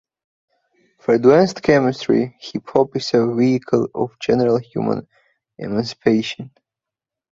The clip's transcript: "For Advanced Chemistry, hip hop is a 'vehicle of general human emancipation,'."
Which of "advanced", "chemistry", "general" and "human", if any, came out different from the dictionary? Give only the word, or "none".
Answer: advanced